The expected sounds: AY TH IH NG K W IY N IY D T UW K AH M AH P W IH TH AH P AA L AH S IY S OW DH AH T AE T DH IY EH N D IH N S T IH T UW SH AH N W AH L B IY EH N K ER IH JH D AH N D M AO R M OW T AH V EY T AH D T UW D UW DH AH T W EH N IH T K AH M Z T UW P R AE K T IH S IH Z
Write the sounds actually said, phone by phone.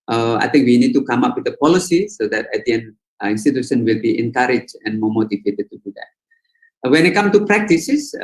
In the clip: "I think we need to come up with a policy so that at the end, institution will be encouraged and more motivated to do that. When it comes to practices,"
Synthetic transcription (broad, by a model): AY T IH NG K W IY N IY D T UW K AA M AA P W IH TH AH P AA L AH S IY S OW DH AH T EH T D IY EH N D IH N S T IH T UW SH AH N W AH L B IY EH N K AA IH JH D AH N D M AO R M OW T AH V EY T AH D T UW D UW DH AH T W EH N IH T K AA M T UW P R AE K T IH S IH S